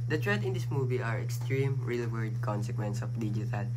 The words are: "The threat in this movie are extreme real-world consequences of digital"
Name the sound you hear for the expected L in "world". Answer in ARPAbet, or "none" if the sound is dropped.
none